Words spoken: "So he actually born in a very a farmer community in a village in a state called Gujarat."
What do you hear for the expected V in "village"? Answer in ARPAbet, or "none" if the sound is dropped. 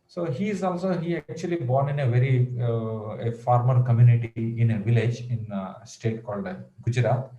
V